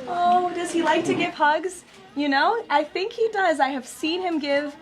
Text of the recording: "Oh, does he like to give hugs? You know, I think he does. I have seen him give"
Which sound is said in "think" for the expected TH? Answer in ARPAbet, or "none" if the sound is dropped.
TH